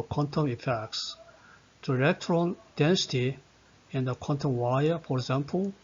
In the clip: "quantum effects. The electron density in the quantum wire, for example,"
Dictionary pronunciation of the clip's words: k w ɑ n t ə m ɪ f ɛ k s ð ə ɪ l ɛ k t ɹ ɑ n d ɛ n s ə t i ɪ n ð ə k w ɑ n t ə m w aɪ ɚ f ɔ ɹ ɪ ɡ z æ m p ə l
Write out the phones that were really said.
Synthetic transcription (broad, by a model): k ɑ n t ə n ɪ f ɛ k s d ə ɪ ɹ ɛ k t ɹ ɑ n d ɛ n s ə t i ɪ n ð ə k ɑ n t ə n w aɪ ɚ f ɔ ɹ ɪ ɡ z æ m p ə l